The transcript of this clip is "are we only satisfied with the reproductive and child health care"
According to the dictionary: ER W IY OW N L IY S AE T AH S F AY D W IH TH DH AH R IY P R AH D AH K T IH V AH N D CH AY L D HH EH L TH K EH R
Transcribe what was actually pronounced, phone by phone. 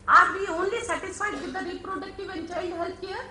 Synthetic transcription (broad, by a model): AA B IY OW N L IY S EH T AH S AY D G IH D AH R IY P R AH D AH K T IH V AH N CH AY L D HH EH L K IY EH